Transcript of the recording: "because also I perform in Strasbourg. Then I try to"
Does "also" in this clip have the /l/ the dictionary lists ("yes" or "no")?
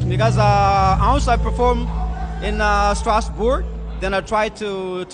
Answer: no